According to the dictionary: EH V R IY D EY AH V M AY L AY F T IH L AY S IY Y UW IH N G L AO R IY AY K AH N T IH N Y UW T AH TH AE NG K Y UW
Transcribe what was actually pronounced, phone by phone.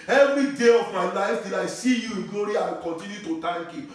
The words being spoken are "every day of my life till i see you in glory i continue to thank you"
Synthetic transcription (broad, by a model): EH V R IY D EY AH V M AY N AY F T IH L AY S IY Y UW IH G AO R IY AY K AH N T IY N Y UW T AH T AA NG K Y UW